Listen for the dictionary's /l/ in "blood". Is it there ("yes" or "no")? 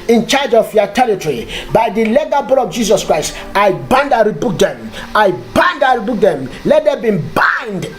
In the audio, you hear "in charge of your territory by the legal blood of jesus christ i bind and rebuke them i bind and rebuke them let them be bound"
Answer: no